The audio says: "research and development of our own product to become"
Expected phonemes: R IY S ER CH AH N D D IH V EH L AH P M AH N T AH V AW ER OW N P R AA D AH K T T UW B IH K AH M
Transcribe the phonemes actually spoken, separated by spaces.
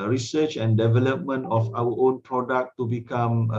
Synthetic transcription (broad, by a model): R IY S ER CH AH N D D IH V EH L AH P M AH N T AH F AW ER OW N P R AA D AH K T T UW B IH K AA M